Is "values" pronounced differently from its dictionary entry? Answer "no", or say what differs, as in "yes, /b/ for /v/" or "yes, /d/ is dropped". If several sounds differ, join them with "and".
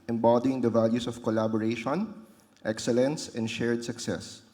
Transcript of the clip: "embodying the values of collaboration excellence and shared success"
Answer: yes, /s/ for /z/